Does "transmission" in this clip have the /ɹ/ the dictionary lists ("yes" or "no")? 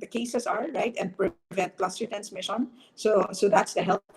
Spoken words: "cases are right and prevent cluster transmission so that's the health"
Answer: no